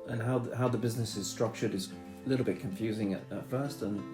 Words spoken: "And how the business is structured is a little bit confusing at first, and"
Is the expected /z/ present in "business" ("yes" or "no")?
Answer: yes